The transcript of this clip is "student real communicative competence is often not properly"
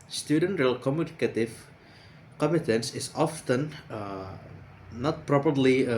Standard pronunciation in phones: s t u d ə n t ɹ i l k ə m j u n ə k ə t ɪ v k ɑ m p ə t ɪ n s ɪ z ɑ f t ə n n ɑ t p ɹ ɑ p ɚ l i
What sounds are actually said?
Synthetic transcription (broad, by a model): s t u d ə n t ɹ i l k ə m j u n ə k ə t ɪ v k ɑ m ə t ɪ n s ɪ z ɑ f t ə n n ɑ t p ɹ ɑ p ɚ l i